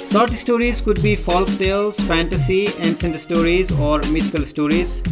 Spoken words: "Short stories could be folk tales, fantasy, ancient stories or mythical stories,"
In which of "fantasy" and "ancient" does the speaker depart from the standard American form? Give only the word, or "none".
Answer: ancient